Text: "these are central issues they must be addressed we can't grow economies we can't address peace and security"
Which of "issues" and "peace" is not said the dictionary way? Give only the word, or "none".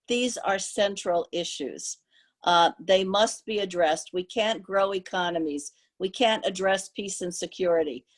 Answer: none